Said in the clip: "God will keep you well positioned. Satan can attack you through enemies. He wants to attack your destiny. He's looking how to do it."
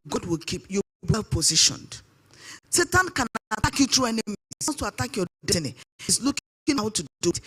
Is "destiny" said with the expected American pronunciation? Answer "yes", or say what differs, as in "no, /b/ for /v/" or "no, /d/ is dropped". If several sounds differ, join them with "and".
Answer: no, /s/ is dropped